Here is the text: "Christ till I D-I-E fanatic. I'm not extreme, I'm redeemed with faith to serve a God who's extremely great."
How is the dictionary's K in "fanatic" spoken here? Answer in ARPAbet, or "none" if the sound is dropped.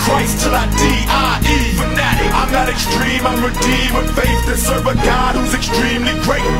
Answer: none